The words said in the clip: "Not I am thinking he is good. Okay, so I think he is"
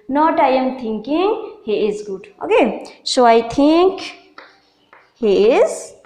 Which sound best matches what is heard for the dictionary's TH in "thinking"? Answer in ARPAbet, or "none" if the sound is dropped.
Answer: T